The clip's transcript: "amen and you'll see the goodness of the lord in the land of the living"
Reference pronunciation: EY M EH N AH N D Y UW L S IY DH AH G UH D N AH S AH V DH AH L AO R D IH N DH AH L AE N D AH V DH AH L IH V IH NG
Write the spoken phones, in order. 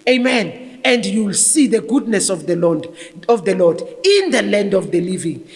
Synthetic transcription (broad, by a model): EY M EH N AH N D Y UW L S IY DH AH G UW D N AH S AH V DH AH L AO L D IH N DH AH L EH N D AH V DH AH L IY V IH NG